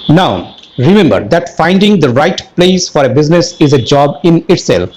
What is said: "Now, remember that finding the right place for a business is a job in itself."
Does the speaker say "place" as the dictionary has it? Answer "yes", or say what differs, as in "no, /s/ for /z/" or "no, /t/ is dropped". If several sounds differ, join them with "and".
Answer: yes